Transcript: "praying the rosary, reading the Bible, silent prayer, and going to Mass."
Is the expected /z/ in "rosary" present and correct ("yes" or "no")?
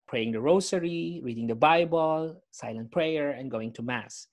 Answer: no